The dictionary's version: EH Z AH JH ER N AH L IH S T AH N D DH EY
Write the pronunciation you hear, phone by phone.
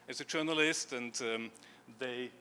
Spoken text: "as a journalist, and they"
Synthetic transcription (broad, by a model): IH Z AH JH ER N AH L IH S T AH N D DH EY